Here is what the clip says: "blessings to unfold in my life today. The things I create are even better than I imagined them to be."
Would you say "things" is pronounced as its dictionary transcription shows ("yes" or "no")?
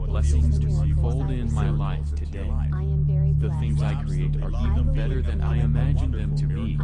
yes